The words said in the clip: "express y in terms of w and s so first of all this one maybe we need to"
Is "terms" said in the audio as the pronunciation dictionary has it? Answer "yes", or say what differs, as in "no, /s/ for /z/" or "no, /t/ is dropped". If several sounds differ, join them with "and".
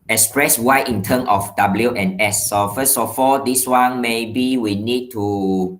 no, /z/ is dropped